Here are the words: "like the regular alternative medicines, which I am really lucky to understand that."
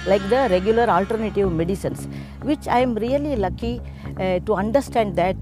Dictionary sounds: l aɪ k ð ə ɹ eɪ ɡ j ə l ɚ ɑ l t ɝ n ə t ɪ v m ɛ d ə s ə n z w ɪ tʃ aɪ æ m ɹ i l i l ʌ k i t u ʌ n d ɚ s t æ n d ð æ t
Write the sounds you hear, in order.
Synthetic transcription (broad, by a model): l aɪ k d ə ɹ eɪ ɡ j ə l ɚ ɑ l t ɝ n ə t ɪ v m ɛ d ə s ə n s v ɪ tʃ aɪ m ɹ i l i l ʌ k i t u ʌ n d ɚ s t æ n d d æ t